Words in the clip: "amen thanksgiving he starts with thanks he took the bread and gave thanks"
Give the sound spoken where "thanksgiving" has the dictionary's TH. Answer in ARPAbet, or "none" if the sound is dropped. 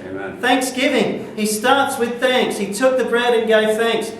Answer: TH